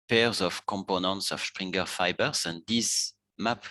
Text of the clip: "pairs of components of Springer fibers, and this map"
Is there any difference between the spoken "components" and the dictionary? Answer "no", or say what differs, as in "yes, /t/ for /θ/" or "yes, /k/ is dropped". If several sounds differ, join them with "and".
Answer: no